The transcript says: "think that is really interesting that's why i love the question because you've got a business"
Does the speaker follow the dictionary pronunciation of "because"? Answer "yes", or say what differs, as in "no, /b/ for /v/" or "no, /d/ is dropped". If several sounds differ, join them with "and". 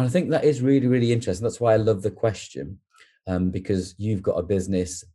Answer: yes